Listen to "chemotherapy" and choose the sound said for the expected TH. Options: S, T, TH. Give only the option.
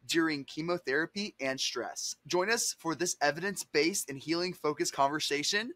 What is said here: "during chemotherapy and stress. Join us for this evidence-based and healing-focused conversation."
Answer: TH